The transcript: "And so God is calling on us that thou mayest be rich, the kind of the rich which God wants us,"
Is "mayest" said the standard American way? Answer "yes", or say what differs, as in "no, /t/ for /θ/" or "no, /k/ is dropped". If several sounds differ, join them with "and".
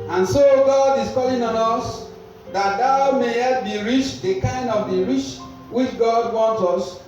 no, /s/ is dropped